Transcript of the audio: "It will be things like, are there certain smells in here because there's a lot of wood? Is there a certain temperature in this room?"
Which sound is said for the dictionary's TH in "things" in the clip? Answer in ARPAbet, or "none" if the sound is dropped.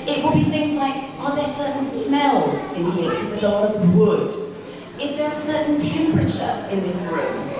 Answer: TH